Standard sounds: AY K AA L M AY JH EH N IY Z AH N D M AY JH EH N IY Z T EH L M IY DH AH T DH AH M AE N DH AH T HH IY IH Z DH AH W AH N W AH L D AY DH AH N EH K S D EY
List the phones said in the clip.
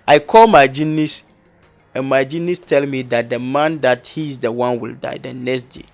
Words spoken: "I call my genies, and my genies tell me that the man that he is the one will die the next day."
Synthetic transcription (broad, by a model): AY K AA L M AY JH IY N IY S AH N M AY JH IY N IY S T EH L M IY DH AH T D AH M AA N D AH T HH IY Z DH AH W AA N W AH L D AY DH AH N EH K S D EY